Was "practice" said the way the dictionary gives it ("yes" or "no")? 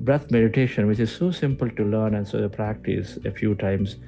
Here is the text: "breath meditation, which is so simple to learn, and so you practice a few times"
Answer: yes